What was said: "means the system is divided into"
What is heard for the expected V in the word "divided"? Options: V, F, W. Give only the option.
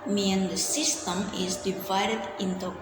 V